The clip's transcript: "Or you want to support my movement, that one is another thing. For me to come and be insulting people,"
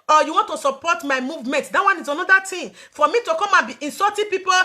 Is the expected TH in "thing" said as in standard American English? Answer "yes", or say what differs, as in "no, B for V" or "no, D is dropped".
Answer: no, T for TH